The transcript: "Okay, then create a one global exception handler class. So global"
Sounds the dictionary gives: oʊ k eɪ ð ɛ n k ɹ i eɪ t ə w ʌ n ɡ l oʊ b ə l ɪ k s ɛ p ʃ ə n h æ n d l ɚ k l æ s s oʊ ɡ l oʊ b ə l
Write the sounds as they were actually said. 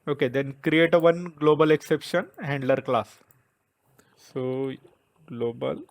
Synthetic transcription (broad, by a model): oʊ k eɪ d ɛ n k ɹ i eɪ t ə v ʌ n ɡ l oʊ b ə l ɪ k s ɛ p ʃ ə n h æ n d l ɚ k l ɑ s s oʊ ɡ l oʊ b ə l